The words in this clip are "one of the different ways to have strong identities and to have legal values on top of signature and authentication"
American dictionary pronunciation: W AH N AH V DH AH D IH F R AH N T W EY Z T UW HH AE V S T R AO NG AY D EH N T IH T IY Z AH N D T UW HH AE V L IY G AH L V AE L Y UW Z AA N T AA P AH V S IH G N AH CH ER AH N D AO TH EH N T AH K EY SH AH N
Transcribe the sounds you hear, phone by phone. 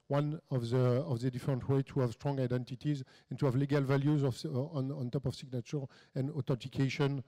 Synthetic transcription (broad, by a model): W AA N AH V DH AH D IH F R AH N T W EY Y T UW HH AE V S T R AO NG AY D EH N T IH T IY Z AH N T UW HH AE V L IY G AH L V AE L Y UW Z AA N T AA P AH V S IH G N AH CH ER AH N D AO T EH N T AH K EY SH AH N